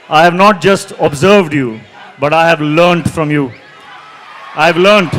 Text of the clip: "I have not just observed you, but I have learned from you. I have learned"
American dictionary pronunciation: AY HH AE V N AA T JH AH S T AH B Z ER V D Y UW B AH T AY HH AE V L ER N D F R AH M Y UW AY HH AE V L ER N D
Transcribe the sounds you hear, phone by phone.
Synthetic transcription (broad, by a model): AY HH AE V N AA T JH AH S T AH B Z ER V D Y UW B AH T AY HH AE V L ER N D F R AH M Y UW AY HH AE V L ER N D